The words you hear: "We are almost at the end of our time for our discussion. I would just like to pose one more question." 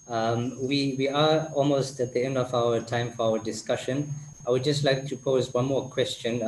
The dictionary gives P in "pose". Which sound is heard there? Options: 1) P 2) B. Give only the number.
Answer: 1